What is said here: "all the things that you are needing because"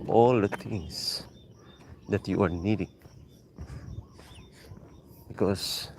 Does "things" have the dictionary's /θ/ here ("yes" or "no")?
no